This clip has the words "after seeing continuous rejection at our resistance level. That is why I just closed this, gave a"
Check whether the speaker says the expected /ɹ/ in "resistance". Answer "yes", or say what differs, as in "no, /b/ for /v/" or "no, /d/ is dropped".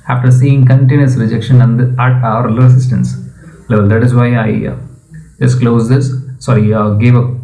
no, /l/ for /ɹ/